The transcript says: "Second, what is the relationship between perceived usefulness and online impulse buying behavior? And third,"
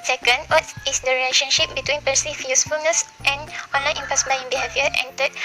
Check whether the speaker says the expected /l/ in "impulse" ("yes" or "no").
no